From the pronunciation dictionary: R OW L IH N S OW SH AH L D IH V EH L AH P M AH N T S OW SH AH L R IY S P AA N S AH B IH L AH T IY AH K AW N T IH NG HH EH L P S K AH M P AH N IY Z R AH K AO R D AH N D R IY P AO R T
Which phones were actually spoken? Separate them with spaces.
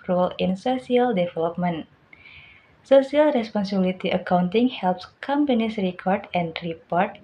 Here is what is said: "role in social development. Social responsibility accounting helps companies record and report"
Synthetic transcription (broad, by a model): R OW L IH N S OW S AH L D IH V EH L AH P M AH N S OW S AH L R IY S P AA N S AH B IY L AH T IY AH K AW N T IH NG HH EH L P S K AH M P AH N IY S R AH K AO R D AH N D R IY P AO R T